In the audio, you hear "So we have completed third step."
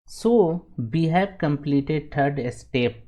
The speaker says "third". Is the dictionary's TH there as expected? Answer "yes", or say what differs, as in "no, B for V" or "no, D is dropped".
no, T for TH